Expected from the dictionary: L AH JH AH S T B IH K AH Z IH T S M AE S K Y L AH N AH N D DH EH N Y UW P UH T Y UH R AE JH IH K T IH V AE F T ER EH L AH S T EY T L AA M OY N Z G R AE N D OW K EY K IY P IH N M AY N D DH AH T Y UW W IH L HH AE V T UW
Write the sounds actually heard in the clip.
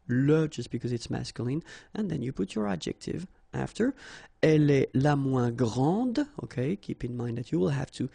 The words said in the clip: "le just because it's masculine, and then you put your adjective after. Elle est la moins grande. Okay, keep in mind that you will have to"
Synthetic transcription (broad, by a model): L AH JH AH S T B IH K AH Z IH T S M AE S K Y L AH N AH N DH EH N Y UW P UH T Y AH R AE JH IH K T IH V AE F T ER EH L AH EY L AA M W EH G R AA D OW K EY K IY P IH N M AY N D DH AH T Y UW W IH L HH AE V T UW